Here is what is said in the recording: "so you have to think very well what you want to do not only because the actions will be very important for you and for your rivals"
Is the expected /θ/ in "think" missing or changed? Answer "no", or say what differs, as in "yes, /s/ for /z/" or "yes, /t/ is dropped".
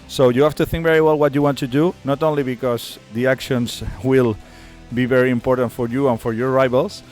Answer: no